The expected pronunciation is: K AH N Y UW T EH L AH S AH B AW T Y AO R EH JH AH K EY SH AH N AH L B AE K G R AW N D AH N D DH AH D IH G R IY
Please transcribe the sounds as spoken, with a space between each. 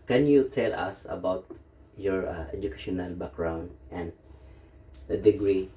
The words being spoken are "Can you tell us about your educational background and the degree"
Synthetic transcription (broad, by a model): K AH N Y UW T EH L AH S AH B AW T Y AO R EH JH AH K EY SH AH N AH L B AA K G R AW N D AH N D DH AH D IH G R IY